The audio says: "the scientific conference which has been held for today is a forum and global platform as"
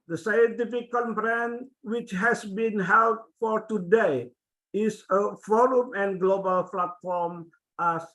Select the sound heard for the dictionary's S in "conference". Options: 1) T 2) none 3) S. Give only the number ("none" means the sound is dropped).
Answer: 2